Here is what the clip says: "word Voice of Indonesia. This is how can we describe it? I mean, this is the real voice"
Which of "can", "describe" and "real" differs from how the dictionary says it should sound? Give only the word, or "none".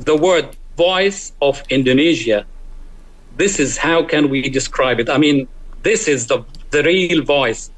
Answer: none